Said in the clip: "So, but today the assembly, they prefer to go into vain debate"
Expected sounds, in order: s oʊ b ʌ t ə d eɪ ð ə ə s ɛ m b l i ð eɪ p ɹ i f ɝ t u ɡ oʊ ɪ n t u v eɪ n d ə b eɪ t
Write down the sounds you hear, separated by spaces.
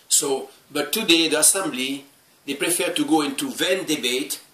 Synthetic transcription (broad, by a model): s oʊ b ʌ t ə d eɪ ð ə ə s ɛ m b l i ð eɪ p ɹ i f ɝ t u ɡ oʊ ɪ n t u v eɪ n d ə b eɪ t